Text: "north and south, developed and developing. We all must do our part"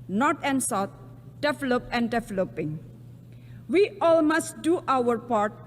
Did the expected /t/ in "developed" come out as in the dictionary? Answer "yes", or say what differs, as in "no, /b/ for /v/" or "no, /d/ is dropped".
no, /t/ is dropped